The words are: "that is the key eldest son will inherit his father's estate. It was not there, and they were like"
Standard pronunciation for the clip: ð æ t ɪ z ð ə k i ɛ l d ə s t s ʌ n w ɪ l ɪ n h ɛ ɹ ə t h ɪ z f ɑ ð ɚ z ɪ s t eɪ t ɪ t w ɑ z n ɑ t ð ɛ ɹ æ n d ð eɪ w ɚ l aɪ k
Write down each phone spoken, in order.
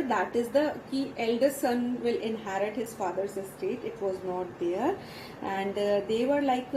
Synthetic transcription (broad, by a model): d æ t ɪ z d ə k i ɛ l d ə t s ʌ n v ɪ l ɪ n h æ ɹ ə t h ɪ z f ɑ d ɚ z ɪ s t eɪ t ɪ t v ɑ z n ɑ t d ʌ ɹ æ n d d eɪ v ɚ l aɪ k